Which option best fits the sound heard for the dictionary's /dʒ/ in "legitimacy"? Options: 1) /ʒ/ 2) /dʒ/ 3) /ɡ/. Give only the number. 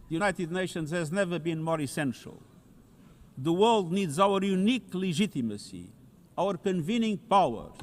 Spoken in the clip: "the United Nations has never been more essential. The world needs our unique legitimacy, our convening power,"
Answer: 1